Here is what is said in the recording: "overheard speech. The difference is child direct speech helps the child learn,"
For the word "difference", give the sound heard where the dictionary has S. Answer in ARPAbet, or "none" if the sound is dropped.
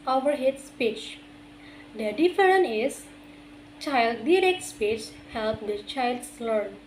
none